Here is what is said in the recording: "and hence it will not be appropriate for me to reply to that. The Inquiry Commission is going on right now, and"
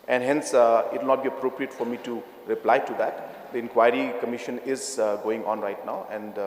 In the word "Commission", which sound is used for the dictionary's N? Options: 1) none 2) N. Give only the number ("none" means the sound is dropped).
2